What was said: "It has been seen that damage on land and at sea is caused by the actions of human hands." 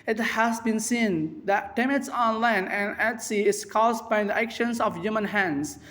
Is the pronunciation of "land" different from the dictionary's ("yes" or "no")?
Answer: yes